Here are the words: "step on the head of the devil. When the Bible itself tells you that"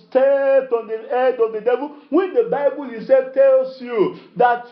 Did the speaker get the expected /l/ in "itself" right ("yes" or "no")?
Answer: no